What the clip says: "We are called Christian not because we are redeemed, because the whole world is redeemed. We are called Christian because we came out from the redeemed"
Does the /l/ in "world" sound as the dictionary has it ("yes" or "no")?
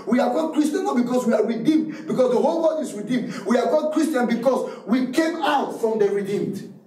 no